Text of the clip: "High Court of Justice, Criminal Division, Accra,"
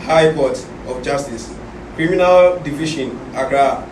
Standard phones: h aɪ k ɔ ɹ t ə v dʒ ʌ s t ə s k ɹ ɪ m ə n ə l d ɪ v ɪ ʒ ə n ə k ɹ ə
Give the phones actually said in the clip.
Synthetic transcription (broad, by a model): h aɪ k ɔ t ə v dʒ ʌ s t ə s k ɹ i m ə n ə l d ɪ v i ʃ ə n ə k ɹ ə